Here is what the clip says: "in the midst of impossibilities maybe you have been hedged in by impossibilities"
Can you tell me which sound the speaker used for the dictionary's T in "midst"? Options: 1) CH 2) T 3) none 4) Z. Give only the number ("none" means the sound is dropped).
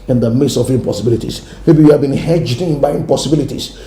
3